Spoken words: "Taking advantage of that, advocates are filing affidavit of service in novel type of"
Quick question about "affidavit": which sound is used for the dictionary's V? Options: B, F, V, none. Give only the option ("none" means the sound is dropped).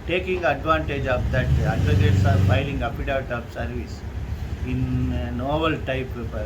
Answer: none